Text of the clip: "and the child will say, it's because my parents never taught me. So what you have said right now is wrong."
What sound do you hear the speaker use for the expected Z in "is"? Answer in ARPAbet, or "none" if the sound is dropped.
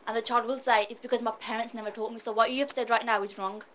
Z